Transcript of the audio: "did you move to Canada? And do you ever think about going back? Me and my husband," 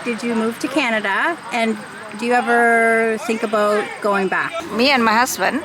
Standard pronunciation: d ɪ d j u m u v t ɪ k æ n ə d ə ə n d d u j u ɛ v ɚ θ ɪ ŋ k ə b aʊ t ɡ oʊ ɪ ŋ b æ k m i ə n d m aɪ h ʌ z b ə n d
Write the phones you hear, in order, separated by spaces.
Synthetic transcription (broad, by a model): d ɪ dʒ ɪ m u v t ɪ k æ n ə d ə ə n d d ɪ j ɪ ɛ v ɚ θ ɪ ŋ k ə b aʊ t ɡ oʊ ɪ ŋ b æ k m i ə n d m aɪ h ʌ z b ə n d